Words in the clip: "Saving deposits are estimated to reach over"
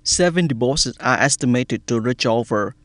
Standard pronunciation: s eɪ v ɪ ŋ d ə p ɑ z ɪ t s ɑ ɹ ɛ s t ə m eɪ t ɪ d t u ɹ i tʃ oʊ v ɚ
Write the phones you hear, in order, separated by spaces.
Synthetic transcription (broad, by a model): s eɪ v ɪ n d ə b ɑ s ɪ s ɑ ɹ ɛ s t ə m eɪ t ɪ d t u ɹ i tʃ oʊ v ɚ